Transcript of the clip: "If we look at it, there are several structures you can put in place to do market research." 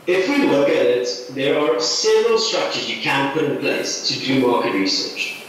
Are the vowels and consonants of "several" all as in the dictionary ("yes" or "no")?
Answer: yes